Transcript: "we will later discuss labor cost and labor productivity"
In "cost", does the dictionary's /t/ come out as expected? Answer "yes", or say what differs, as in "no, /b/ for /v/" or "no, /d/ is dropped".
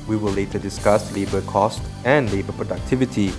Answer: yes